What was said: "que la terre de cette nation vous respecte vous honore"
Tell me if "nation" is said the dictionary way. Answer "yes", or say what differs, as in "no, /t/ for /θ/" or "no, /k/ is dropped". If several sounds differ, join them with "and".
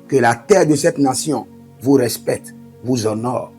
no, /s/ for /ʃ/